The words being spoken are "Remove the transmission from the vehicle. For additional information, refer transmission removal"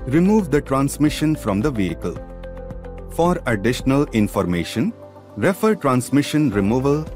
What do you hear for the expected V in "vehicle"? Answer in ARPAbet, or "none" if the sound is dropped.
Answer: V